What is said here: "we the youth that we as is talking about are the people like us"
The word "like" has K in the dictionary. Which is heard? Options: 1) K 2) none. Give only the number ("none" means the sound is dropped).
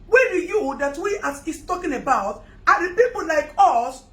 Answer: 1